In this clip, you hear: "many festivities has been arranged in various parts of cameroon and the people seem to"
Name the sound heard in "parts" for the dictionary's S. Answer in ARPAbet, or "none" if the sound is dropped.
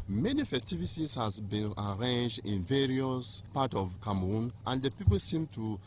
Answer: none